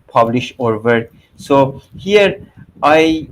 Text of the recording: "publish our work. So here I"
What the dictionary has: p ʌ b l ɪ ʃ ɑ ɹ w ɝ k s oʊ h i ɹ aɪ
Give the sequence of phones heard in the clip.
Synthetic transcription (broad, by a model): p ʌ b l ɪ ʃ ɑ ɹ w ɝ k s oʊ h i ɹ aɪ